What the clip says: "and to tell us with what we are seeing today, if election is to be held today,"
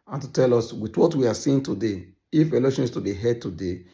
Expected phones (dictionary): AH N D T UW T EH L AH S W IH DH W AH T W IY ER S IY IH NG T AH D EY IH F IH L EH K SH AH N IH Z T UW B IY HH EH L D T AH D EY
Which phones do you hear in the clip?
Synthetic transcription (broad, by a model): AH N T UW T EH L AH S W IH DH W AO T W IY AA S IY IH NG T AH D EY IH F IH L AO SH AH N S T UW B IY HH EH D T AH D EY